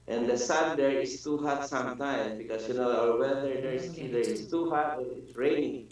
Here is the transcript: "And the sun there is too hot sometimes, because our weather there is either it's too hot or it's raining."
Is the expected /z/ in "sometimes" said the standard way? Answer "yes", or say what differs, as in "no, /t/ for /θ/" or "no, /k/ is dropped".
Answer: no, /z/ is dropped